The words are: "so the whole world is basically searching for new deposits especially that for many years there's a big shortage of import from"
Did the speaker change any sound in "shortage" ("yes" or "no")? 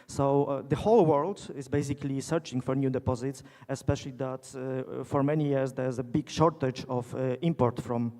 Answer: no